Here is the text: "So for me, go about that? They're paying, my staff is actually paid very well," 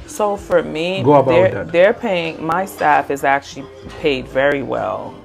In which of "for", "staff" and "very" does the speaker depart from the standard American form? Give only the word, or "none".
none